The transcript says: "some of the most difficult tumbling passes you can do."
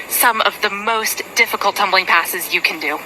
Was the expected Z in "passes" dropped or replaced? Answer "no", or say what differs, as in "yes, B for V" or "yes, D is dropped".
no